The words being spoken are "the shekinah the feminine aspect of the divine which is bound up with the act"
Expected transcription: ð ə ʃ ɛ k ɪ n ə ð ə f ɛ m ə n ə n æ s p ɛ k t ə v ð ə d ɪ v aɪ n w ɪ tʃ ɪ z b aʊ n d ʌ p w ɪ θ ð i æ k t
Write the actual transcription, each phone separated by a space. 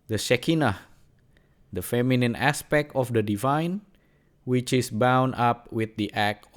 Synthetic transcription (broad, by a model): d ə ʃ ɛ k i n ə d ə f ɛ m ə n ə n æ s p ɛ k t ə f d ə d ɪ v aɪ n w ɪ tʃ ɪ s b aʊ n ɑ p w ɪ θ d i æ k